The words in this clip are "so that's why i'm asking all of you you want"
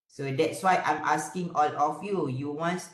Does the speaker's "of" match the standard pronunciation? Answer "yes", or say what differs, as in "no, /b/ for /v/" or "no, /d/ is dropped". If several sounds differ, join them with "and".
no, /f/ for /v/